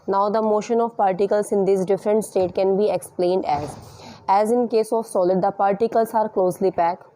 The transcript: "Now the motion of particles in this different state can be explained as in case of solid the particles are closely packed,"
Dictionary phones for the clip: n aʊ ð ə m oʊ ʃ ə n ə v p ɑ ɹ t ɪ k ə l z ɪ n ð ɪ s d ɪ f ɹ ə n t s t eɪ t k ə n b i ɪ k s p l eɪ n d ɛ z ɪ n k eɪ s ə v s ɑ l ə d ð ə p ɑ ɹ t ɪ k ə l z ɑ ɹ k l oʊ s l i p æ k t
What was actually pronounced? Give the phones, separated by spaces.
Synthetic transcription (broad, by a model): n aʊ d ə m oʊ ʃ ə n ə v p ɑ ɹ t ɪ k ə l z ɪ n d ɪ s d ɪ f ɹ ə n t s t eɪ t k ə n b i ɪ k s p l eɪ n d ɛ z ɪ n k eɪ s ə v s ɑ l ə d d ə p ɑ ɹ t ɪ k ə l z ɑ ɹ k l oʊ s l i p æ k